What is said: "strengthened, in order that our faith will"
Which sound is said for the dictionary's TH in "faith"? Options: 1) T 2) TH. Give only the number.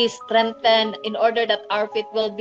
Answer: 1